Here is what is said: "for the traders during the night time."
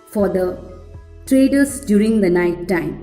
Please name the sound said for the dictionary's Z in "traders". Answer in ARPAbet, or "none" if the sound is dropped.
S